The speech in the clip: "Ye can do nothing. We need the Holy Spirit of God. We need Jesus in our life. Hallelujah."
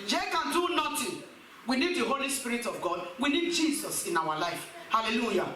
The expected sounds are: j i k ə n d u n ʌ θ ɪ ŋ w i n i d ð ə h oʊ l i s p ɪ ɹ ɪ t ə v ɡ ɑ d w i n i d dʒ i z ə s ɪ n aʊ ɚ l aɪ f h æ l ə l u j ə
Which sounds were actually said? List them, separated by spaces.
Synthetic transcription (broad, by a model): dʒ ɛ k ə n d u n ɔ t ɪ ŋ w i n i d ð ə h oʊ l i s p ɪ ɹ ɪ t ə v ɡ ɑ d w i n i d dʒ i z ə s ɪ n aʊ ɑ l aɪ f h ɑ l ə l u j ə